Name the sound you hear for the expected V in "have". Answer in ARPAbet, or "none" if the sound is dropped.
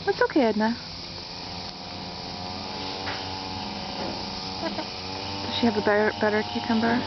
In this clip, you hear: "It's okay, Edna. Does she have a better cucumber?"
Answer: B